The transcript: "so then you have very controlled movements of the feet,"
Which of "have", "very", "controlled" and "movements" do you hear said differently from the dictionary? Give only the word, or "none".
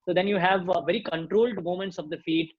movements